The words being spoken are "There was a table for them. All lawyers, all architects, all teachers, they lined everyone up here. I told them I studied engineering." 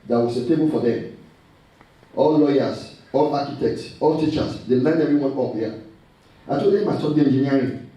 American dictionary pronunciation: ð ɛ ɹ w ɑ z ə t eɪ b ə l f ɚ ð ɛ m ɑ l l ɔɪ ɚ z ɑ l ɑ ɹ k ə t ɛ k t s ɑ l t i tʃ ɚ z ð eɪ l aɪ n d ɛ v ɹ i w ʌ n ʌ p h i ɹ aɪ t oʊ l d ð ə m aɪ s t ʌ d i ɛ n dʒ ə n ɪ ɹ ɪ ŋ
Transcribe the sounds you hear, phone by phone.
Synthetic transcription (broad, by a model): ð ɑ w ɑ s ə t eɪ b ə l f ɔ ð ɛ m ɑ l l ɔɪ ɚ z ɑ l ɑ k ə t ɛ k t s ɑ l t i tʃ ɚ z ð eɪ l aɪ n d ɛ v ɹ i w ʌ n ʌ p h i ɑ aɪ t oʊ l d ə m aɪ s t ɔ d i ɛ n dʒ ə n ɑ ɹ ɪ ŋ